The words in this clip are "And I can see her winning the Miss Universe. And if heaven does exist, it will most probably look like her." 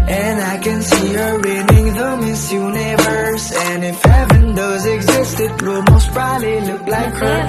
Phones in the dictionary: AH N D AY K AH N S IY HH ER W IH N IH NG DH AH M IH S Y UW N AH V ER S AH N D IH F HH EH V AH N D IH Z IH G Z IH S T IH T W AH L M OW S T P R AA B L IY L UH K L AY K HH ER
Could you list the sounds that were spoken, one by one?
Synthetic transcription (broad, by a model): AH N AY K AH N S IY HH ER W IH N IH NG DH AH M IH S Y UW N AH V ER S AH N IH F HH EH V AH N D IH Z IH G Z IH S T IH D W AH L M OW S T B R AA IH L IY L UH K L AY K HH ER